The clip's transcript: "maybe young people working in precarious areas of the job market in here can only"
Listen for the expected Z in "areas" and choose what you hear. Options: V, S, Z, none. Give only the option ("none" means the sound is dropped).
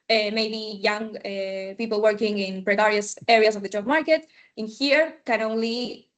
S